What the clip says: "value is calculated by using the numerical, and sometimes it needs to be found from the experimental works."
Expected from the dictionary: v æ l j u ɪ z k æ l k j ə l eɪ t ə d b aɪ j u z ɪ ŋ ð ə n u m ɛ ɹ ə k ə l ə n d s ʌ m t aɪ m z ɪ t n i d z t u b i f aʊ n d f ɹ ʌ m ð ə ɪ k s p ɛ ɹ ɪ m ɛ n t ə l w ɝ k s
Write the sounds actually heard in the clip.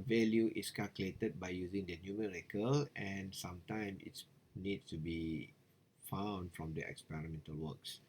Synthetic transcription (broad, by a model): v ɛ l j u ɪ s k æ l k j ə l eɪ t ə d b aɪ j u z ɪ ŋ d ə n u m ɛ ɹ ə k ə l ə n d s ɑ m t aɪ m ɪ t n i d s t u b i f aʊ n d f ɹ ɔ m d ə ɪ k s p ɛ ɹ ɪ m ɛ n t ə l w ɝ k s